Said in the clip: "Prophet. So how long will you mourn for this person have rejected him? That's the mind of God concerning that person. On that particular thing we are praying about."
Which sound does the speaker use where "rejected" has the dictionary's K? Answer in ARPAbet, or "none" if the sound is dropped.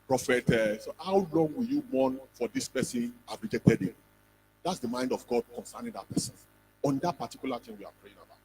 none